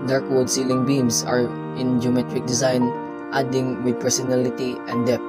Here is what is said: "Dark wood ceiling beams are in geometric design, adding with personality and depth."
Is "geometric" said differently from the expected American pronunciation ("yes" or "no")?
no